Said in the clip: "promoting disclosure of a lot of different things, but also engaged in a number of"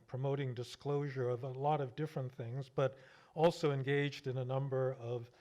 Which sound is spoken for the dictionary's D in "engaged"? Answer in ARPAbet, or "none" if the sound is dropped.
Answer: D